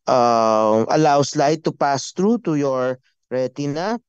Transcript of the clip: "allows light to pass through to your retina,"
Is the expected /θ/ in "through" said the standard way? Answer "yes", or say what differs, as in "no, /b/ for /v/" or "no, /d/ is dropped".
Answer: no, /t/ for /θ/